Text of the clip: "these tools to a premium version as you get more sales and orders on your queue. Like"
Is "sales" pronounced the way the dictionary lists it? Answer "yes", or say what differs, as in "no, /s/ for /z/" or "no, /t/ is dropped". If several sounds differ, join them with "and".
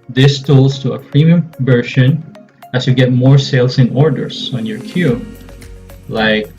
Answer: no, /s/ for /z/